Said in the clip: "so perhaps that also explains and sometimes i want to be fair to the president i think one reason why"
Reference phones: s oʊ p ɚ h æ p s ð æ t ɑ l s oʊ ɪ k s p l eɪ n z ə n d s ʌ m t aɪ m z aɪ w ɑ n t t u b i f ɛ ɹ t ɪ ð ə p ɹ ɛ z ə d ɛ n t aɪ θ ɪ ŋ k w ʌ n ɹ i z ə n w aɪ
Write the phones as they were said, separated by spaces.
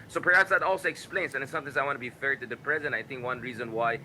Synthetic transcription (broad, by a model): s oʊ p ɚ h æ p s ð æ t ɑ l s oʊ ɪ k s p l eɪ n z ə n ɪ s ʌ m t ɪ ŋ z aɪ w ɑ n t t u b i f ɛ ɹ t ɪ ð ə p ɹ ɛ z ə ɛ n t aɪ θ ɪ ŋ k w ʌ n ɹ i z ə n w aɪ